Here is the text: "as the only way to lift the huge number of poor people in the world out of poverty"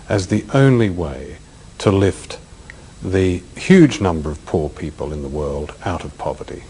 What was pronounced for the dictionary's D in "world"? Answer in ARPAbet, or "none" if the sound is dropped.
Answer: D